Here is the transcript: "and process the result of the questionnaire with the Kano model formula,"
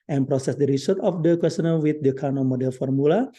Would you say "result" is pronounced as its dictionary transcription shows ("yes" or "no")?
no